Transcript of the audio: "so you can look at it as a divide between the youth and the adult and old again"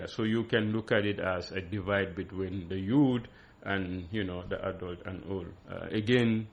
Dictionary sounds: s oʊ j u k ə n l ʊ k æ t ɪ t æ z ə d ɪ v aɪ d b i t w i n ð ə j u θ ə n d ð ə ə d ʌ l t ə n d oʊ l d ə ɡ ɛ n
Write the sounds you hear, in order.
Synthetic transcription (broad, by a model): s oʊ j u k ə n l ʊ k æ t ɪ t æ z ə d ɪ v aɪ d b i t w i n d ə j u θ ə n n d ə ə d ʌ l t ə n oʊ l ə ɡ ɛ n